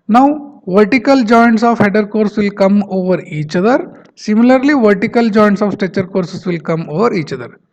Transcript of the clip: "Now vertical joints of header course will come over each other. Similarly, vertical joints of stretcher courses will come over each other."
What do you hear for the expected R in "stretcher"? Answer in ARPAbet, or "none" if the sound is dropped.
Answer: none